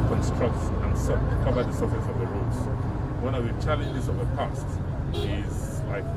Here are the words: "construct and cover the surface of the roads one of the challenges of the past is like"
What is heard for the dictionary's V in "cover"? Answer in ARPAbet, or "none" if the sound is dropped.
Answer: B